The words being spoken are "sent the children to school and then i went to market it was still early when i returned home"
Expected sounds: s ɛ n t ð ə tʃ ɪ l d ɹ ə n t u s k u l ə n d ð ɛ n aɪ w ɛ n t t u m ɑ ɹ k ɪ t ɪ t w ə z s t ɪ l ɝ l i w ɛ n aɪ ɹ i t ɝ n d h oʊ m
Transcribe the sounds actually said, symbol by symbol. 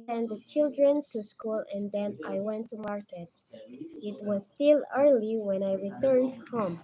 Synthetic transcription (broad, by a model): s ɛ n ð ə tʃ ɪ l d ɹ ə n t u s k u l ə n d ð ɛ n aɪ w ɛ n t t u m ɑ ɹ k ɪ t ɪ t w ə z s t ɪ l ɝ l i w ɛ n aɪ ɹ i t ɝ n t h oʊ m